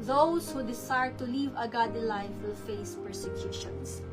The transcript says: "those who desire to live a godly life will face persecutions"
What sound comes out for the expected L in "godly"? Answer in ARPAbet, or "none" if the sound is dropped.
none